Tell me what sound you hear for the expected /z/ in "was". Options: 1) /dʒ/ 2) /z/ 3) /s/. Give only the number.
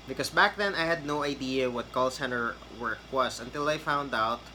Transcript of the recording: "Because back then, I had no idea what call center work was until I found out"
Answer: 3